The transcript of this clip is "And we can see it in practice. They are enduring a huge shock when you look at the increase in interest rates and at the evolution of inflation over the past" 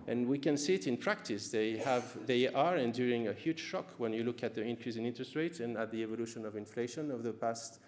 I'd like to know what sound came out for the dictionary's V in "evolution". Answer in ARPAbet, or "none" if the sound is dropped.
V